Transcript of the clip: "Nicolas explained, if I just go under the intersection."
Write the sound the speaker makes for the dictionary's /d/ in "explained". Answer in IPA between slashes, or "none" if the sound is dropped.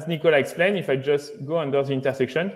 none